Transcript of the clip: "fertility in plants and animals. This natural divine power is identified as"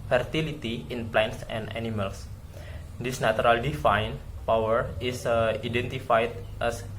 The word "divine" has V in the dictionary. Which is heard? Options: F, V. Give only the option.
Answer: F